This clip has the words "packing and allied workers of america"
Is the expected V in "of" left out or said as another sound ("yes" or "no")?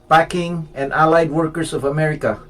no